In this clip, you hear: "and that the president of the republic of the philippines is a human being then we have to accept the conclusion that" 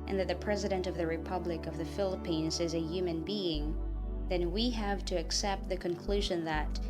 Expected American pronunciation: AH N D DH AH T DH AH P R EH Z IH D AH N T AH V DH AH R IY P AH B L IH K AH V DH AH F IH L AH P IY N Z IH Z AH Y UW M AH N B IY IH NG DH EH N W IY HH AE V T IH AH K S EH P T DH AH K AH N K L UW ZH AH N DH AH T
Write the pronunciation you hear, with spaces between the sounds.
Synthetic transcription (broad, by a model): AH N DH AH T DH AH P R EH Z IH D AH N T AH V DH AH R IY P AH B L IH K AH V DH AH F IH L AH P IY N Z IH Z AH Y UW M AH N B IY IH NG DH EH N W IY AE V T IH AH K S EH P T DH AH K AH N K L UW ZH AH N DH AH T